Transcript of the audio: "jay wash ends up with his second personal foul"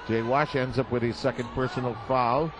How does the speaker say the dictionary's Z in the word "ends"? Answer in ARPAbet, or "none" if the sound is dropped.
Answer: Z